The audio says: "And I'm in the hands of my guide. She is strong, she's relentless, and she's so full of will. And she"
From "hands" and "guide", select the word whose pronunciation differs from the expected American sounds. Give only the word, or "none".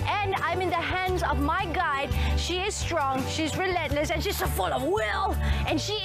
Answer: none